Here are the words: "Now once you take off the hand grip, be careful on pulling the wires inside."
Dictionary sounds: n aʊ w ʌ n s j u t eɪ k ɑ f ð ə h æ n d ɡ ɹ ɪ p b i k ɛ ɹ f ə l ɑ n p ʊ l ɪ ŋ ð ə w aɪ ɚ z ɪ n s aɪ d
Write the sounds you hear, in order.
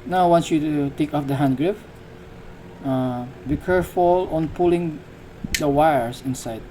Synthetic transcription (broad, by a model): n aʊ w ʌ n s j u t eɪ k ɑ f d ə h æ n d ɡ ɹ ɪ f b i k ɛ ɹ f ə l ɑ n p ʊ l ɪ ŋ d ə w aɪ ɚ s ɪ n s aɪ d